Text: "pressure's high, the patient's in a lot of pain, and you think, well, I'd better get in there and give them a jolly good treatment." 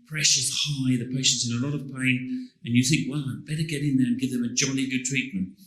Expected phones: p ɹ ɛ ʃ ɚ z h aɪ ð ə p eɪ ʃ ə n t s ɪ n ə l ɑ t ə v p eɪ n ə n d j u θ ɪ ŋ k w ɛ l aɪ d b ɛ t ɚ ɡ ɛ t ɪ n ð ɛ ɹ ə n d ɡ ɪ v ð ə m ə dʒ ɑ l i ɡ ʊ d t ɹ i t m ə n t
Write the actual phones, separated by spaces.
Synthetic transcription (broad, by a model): p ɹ ɛ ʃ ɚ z h aɪ ð ə p eɪ ʃ ə n t s ɪ n ə l ɑ t ə v p eɪ n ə n j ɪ θ ɪ ŋ k w ɛ l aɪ b ɛ t ɚ ɡ ɛ t ɪ n ð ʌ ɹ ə n ɡ ɪ v ð ə m ə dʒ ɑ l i ɡ ʊ d t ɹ i t m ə n t